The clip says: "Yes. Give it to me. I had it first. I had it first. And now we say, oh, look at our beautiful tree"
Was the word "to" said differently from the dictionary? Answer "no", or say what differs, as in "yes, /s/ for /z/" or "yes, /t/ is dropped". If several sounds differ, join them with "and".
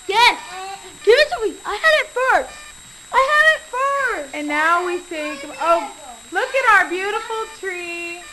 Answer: yes, /s/ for /t/